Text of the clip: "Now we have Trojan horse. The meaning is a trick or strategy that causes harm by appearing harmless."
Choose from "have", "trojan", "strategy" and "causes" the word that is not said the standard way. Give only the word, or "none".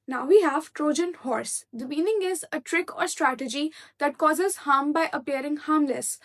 none